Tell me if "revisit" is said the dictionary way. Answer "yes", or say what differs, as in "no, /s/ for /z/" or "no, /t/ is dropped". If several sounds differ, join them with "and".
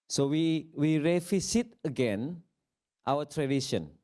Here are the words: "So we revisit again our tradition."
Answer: no, /f/ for /v/ and /s/ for /z/